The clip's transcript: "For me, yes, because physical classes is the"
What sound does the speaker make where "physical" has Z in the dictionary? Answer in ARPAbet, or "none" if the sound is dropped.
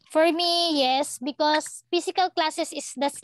S